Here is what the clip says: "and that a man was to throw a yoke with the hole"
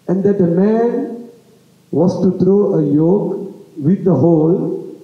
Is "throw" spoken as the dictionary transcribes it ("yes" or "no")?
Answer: no